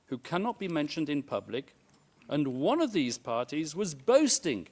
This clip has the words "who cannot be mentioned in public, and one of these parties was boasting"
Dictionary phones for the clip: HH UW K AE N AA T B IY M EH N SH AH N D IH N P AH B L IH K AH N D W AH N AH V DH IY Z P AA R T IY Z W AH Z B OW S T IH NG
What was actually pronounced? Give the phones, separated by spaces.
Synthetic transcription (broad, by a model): HH UW K AE N AA T B IY M EH N SH AH N D IH N P AH B L IH K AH N W AH N AH V DH IY Z P AA R T IY Z W AH Z B OW S T IH NG